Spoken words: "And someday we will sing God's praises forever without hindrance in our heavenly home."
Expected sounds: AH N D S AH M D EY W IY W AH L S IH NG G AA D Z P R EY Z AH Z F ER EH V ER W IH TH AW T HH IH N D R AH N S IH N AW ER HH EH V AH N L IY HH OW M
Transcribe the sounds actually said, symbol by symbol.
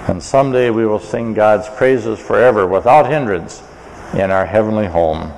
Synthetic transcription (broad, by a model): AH N S AH M D EY W IY W AH L S IH NG G AA D Z P R EY Z AH Z F ER EH V ER W IH TH AW T HH IH N D R AH N S IH N AW ER HH EH V AH N L IY HH OW M